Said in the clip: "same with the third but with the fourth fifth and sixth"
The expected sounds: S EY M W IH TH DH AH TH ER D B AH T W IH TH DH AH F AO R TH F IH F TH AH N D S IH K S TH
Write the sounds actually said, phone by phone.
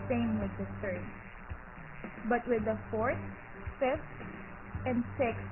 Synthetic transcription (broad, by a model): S EY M W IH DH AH TH ER D B AH T W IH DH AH F AO R TH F IH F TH AH N D S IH K S